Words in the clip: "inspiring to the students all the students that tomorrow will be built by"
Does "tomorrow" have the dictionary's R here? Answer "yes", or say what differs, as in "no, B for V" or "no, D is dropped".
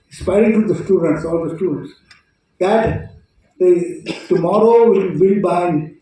yes